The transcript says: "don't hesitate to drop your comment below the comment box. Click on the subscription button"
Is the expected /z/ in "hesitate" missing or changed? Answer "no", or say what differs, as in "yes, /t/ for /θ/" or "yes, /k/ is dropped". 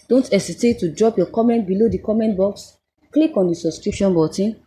yes, /s/ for /z/